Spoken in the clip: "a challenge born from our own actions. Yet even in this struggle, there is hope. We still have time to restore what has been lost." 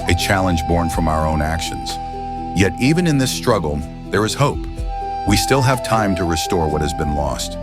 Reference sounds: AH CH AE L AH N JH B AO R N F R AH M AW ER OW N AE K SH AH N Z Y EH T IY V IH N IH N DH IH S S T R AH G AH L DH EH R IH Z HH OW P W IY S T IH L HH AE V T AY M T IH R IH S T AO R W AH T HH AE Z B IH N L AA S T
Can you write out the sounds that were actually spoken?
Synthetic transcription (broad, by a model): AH CH AE L AH N JH B AO R N F R AH M AW ER OW N AE K SH AH N Z Y EH T IY V IH N IH N DH IH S S T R AH G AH L DH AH R IH Z HH OW P W IY S T IH L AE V T AY M T IH R IH S T AO R W AH T HH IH Z B IH N L AA S T